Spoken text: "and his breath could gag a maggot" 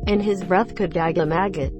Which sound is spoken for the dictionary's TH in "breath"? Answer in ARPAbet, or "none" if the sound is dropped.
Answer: TH